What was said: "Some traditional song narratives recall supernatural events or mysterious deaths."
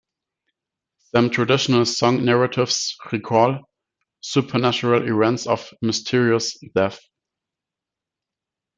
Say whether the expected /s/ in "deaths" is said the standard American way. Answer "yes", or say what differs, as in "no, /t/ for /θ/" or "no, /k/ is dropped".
no, /s/ is dropped